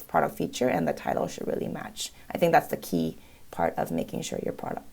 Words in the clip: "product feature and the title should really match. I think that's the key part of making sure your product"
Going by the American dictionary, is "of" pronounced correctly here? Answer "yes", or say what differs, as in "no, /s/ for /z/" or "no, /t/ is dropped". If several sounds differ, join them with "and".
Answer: yes